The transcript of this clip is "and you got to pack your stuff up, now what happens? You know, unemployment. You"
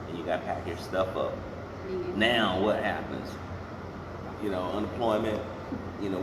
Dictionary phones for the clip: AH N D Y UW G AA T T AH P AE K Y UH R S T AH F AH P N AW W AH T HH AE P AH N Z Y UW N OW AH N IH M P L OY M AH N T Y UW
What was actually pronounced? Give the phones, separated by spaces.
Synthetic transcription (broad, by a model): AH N Y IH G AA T T AH P AE K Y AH R S T AH F AH P N AW W AH T HH AE P AH N Z Y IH N OW AH N IH M P L OY M AH N T Y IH